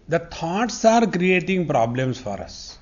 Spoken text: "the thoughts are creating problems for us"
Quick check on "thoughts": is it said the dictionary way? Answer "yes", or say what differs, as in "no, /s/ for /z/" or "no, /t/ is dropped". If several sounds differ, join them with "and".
no, /t/ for /θ/